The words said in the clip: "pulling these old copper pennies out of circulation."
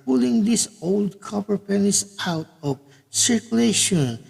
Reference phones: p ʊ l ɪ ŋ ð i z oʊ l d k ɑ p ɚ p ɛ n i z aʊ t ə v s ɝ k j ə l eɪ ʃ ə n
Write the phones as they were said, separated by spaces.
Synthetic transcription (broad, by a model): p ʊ l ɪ ŋ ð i s oʊ l d k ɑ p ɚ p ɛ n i s aʊ t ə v s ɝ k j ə l eɪ ʃ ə n